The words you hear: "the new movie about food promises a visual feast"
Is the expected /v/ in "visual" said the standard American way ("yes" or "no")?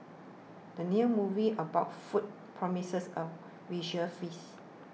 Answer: no